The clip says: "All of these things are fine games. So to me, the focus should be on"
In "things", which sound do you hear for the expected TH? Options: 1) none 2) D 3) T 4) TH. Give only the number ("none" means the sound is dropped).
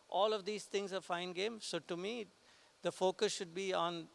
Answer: 3